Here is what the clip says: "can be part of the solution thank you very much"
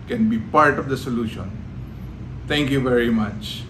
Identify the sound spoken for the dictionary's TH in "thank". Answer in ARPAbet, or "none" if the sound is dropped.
T